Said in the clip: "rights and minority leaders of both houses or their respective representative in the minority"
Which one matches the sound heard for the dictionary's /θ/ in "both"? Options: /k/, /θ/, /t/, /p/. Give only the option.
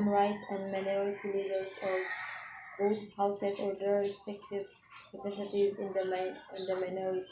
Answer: /t/